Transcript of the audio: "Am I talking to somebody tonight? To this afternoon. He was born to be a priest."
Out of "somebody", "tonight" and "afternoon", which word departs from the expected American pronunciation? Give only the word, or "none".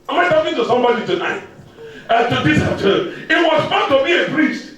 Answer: afternoon